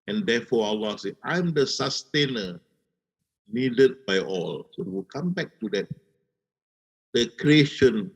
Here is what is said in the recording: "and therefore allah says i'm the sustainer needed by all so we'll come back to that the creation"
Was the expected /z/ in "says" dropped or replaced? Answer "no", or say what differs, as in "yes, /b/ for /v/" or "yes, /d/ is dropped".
yes, /z/ is dropped